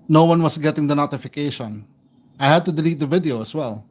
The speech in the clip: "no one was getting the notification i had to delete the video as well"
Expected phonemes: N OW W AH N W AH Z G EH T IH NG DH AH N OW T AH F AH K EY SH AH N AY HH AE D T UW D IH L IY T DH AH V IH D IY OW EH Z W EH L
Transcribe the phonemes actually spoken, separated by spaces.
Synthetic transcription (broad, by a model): N OW W AH N W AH S G EH T IH NG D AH N OW T AH F AH K EY SH AH N AY HH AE D T UW D IH L IY T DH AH V IH D IY OW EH S W EH L